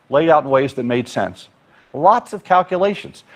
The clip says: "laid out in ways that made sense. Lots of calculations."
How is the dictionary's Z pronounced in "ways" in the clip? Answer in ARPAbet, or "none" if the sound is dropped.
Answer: Z